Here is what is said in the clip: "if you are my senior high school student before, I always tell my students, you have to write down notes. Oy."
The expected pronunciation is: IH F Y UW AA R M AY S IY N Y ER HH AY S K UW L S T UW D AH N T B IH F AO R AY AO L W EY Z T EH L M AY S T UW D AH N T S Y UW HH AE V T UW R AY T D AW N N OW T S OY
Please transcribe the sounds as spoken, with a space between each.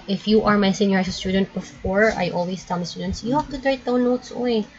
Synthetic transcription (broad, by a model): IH F Y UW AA R M AY S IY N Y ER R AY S AH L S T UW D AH N T B IH F AO R AY AO L W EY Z T EH L M AY S T UW D AH N T S Y UW HH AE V T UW R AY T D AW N N OW T S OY